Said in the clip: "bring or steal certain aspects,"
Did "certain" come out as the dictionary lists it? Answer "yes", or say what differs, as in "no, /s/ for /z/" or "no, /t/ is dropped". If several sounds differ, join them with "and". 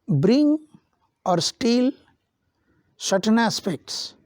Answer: no, /ʃ/ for /s/